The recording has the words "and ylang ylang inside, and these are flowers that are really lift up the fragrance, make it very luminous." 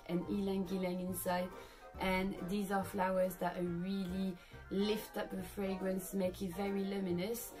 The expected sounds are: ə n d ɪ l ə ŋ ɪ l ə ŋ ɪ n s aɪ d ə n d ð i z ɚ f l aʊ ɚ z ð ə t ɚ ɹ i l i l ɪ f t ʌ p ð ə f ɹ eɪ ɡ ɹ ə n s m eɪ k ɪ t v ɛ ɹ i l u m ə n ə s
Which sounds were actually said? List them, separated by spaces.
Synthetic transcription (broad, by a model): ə n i l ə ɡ ɪ l ə ŋ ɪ n s aɪ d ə n ð i z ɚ f l aʊ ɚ z ð ə t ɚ ɹ i l i l ɪ f t ʌ p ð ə f ɹ eɪ ɡ ɹ ə n s m eɪ k ɪ t v ɛ ɹ i l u m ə n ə s